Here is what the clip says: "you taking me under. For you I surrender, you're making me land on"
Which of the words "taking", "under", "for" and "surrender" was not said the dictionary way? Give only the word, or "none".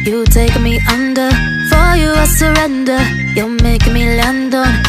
taking